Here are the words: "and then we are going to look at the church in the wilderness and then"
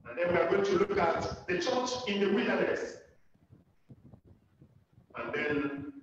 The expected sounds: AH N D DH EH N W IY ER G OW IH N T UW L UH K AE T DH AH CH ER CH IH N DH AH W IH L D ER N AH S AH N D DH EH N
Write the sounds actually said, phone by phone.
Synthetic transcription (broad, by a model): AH N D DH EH N W IY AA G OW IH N T UW L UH K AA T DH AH CH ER CH IH N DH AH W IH D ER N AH S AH N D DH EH N